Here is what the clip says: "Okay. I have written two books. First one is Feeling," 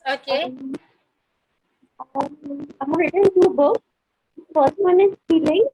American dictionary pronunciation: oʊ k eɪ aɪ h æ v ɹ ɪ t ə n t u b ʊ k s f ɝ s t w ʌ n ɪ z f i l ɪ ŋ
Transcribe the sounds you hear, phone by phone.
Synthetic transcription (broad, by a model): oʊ k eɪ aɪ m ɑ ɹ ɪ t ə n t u b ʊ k f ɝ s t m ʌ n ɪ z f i l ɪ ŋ